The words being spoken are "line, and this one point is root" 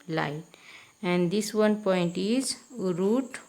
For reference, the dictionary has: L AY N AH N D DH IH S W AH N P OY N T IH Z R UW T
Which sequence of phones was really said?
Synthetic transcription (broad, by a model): L AY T AH N D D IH S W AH N P OY N T IH Z R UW T